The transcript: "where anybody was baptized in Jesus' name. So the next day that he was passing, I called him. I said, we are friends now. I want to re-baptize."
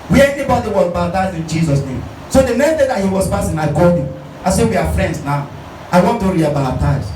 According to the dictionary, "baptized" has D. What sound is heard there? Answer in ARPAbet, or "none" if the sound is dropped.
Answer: none